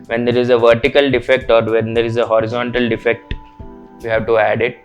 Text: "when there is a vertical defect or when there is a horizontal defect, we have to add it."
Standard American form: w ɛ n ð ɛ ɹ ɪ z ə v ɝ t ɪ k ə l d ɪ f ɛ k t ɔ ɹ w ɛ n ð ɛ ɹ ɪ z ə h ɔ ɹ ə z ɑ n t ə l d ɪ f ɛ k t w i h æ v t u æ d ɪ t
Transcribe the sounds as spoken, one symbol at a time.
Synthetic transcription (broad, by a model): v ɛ n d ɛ ɹ ɪ z ə v ɝ t ɪ k ə l d ɪ f ɛ k t ɔ ɹ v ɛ n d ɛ ɹ ɪ z ə h ɔ ɹ ə z ɑ n t ə l d ɪ f ɛ k t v i h æ v t u æ d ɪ t